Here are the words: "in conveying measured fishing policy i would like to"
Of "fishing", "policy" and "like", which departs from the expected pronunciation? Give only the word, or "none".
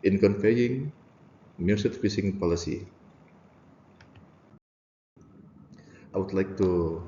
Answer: fishing